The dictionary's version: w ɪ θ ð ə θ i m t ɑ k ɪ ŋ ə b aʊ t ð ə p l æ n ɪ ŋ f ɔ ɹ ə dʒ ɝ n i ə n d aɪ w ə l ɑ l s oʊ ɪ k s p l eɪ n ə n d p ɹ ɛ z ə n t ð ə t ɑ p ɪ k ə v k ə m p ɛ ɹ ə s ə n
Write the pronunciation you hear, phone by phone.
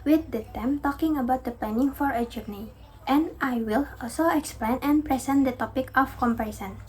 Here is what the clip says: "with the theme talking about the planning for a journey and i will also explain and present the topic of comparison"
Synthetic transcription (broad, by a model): w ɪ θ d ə t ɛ m t ɑ k ɪ ŋ ə b aʊ t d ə p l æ n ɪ ŋ f ɔ ɹ ə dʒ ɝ n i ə n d aɪ w ə l ɑ l s oʊ ɪ k s p l eɪ n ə n p ɹ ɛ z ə n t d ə t ɑ p ɪ k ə f k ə m p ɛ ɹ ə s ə n